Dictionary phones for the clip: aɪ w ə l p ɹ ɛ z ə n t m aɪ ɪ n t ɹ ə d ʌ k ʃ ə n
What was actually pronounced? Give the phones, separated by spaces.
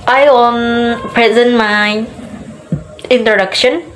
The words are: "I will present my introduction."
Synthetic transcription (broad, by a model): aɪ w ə n p ɹ ɛ z ə n t m aɪ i n t ɹ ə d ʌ k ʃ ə n